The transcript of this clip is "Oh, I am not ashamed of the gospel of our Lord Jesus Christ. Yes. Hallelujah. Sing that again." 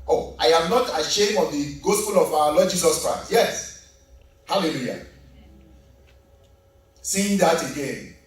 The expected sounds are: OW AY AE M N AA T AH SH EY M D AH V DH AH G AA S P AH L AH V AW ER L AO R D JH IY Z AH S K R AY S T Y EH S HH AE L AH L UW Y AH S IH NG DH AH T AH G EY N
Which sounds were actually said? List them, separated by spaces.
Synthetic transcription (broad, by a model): OW AY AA M N AA T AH SH EY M AH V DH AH G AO S P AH L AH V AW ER L AO D JH IY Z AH S K R AY S T Y EH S HH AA L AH L UW Y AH S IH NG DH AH T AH G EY N